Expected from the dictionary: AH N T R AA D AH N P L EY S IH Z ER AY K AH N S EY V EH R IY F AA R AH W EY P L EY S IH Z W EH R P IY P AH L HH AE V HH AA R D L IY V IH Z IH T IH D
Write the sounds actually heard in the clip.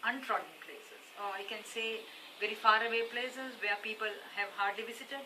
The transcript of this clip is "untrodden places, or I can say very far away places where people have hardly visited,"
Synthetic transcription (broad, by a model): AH N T R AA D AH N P L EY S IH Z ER AY K AH N S EY V EH R IY F AA R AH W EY P L EY S IH Z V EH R P IY P AH L HH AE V HH AA R D L IY V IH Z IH T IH D